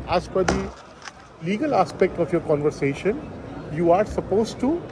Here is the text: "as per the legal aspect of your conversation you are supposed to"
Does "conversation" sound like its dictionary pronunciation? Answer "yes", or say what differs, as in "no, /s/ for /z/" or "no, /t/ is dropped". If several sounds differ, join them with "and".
yes